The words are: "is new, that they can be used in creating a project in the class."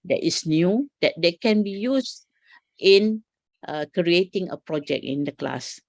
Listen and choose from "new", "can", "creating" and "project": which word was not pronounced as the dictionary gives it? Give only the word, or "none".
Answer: project